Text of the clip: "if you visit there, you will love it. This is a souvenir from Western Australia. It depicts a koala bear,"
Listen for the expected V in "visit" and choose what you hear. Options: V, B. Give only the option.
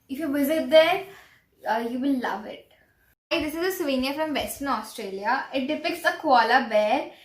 V